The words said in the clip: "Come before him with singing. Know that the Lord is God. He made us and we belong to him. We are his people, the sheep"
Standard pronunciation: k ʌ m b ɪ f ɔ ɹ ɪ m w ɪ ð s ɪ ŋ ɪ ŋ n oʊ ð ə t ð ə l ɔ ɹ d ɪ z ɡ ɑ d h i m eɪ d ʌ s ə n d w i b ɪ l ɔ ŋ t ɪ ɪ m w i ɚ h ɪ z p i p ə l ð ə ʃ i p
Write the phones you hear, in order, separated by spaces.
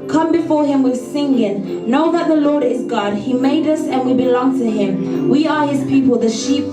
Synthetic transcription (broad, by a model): k ʌ m b ɪ f ɔ ɹ ɪ m w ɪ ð s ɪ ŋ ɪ n oʊ ð ə t ð ə l ɔ ɹ d ɪ z ɡ ɑ d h i m eɪ d ʌ s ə n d w i b ɪ l ɔ ŋ t ɪ ɪ m w i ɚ h ɪ z p i p ə l ð ə ʃ i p